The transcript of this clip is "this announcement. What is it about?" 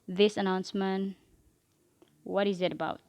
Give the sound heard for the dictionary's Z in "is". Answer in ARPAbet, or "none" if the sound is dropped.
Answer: Z